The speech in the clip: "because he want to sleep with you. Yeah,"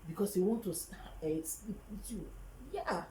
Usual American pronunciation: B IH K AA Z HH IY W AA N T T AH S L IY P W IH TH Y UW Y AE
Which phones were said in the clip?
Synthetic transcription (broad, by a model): B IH K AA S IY W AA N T S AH S L IY P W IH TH Y UW Y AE